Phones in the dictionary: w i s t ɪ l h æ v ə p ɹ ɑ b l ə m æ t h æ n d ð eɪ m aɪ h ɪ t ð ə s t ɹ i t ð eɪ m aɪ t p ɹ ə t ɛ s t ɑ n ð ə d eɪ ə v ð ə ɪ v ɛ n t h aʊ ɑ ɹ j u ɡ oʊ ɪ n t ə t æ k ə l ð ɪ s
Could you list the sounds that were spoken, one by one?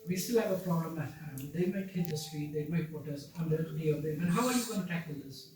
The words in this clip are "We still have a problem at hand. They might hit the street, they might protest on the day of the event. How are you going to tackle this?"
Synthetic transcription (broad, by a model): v i s t ɪ l h æ v ə p ɹ ɑ b l ə m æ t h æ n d eɪ m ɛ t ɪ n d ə s t ɹ i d eɪ m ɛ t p ə t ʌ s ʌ n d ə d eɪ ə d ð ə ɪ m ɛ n h aʊ ɑ ɹ j u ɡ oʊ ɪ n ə t æ k ə l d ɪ s